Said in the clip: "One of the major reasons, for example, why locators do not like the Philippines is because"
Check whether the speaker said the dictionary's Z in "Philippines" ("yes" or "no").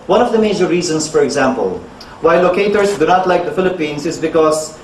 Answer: no